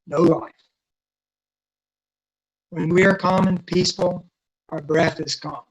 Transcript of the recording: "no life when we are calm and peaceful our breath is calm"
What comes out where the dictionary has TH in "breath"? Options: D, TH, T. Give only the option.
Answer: TH